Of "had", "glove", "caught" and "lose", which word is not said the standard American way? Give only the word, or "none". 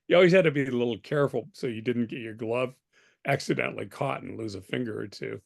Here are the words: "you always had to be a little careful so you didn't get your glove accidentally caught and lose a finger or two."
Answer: none